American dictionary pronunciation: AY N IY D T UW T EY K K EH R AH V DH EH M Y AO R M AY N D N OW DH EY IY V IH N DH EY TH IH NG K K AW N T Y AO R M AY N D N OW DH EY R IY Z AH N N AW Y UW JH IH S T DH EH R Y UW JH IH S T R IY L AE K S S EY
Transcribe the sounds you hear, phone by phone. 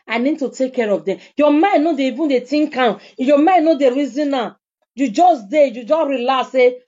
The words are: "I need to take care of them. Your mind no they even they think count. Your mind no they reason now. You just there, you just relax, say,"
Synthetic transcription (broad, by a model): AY N IY D T UW T EY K K EH R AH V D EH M Y AO M AY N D N OW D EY IY V IH N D EY T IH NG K K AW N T Y AO M AY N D N OW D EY R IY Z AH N N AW Y UW JH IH S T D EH Y UW JH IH S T R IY L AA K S S EY